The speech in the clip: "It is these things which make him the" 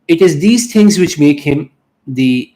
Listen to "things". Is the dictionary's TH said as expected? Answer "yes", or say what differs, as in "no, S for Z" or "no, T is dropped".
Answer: no, T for TH